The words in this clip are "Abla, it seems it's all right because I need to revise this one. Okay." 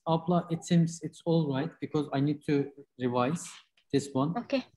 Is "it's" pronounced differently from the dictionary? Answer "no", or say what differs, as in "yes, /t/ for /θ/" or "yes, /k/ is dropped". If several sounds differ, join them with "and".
no